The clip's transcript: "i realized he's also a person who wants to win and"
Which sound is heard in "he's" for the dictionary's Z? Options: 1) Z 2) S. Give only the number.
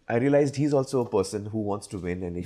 1